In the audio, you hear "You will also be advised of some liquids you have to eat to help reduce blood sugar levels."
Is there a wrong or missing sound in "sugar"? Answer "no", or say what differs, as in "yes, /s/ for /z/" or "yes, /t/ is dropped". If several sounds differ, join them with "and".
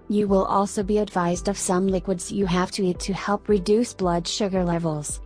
no